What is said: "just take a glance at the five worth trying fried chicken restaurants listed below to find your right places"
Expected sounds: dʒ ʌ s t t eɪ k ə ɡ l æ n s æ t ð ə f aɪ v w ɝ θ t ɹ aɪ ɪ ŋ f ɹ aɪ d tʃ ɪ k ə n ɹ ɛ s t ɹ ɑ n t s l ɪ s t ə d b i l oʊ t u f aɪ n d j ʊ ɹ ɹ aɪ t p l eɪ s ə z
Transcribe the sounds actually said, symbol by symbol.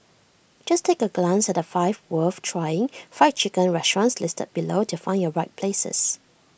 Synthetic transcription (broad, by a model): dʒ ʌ s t t eɪ k ə ɡ l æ n s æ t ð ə f aɪ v w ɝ f t ɹ aɪ ɪ ŋ f aɪ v tʃ ɪ k ə n ɹ ɛ s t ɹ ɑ n s l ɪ s t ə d b i l oʊ t u f aɪ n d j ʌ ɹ ɹ aɪ t p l eɪ s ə s